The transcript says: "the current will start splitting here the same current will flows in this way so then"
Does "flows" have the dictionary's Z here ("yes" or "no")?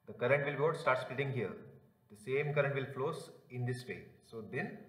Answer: no